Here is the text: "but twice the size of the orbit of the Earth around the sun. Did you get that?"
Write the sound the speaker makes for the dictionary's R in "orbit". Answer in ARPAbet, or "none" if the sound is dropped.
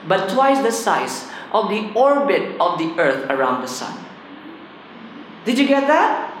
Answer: R